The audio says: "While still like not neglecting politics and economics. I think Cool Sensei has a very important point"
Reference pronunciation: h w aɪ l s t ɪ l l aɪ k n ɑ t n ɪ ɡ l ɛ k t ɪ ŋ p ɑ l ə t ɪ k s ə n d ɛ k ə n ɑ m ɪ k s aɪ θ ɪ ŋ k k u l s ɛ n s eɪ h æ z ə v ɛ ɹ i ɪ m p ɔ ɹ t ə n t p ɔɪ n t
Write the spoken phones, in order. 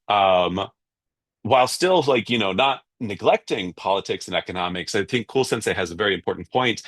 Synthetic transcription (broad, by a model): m w aɪ l s t ɪ l l aɪ k n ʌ t n ɪ ɡ l ɛ k t ɪ ŋ p ɑ l ə t ɪ k s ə n ɛ k ə n ɑ m ɪ k s aɪ θ ɪ ŋ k k u l s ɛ n s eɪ h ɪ z ə v ɛ ɹ i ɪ m p ɔ ɹ t n p ɔɪ n t